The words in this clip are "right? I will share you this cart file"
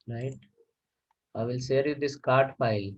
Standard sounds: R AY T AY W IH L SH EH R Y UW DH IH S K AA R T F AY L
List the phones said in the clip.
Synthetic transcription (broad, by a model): R AY T AY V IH L S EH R Y UW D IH S K AA R T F AY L